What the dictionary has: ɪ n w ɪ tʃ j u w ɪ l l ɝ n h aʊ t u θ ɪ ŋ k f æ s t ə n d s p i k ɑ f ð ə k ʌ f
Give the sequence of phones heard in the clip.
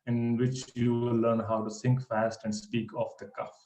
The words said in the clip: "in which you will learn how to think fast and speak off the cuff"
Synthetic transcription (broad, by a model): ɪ n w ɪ tʃ j u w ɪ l l ɝ n h aʊ t u s ɪ ŋ k f æ s t ə n d s p i k ɑ f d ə k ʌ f